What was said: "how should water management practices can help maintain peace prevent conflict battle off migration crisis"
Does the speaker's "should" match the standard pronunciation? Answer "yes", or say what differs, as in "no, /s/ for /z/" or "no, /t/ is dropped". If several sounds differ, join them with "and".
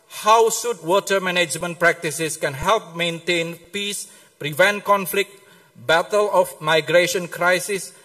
no, /s/ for /ʃ/